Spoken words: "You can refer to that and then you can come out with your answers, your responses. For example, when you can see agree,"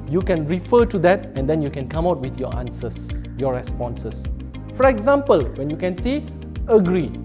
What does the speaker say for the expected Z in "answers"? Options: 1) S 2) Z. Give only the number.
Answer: 1